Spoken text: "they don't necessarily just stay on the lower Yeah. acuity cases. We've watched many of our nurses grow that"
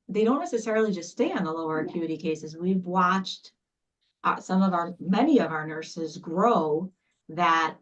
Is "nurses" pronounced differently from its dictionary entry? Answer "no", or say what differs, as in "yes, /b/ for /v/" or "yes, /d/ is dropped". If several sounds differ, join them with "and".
no